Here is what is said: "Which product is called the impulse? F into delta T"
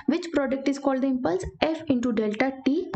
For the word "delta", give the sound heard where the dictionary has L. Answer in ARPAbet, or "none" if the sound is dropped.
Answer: L